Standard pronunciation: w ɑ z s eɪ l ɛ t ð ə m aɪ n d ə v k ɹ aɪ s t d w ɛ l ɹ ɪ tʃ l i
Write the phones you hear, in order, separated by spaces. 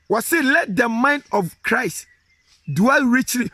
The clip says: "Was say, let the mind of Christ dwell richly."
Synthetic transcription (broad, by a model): w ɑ s eɪ l ɛ t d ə m aɪ n d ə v k ɹ aɪ s t d w ɛ l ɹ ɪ tʃ l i